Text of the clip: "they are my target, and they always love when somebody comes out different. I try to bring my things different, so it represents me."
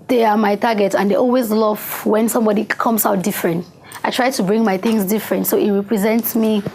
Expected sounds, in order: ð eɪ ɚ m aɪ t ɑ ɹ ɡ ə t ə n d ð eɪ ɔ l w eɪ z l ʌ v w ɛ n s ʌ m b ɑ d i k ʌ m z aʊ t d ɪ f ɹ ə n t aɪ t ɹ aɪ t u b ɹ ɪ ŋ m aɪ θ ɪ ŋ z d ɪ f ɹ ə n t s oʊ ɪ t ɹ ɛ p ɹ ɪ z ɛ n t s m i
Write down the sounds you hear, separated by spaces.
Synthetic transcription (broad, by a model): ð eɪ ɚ m aɪ t ɑ ɡ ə t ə n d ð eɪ ɔ l w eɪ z l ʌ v w ɛ n s ʌ m b ɑ d i k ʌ m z aʊ t d ɪ f ɹ ə n t aɪ t ɹ aɪ t u b ɹ ɪ ŋ m aɪ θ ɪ ŋ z d ɪ f ɹ ə n t s oʊ ɪ t ɹ ɛ p ɹ ɪ z ɛ n t s m i